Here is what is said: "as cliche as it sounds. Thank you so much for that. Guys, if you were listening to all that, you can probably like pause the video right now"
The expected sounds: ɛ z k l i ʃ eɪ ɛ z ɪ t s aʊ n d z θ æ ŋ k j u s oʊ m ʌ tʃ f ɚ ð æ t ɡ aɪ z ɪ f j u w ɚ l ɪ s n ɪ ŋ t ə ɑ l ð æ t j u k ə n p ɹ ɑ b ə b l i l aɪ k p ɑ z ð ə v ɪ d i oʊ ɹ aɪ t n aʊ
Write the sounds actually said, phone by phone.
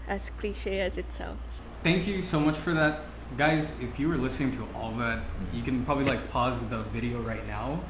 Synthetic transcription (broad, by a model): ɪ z k l i ʃ eɪ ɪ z ɪ t s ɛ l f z θ æ ŋ k j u s oʊ m ʌ tʃ f ɚ ð æ t ɡ aɪ z ɪ f j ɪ w ɚ l ɪ s n ɪ ŋ t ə ɑ l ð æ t j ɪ k ə n p ɹ ɑ b ə b l i l aɪ k p ɑ z ð ə v ɪ d i oʊ ɹ aɪ t n aʊ